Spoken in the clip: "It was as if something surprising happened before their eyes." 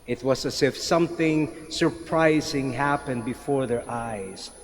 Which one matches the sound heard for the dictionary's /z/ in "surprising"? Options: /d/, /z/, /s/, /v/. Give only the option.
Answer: /z/